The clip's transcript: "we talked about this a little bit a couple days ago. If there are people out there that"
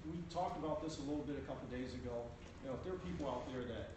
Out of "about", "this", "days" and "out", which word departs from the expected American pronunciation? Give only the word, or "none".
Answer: none